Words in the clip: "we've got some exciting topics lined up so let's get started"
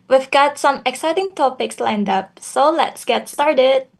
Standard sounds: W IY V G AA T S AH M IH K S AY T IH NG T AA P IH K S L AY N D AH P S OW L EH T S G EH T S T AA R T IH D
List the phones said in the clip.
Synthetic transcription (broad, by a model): W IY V G AA T S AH M IH K S AY T IH NG T AA P IH K S L AY N D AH P S OW L EH T S G EH T S T AA R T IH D